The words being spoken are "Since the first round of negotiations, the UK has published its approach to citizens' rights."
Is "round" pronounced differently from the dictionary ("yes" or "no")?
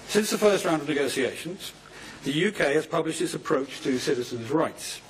no